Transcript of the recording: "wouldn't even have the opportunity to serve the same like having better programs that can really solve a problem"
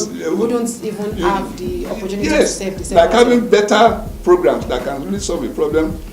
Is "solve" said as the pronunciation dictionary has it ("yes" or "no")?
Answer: yes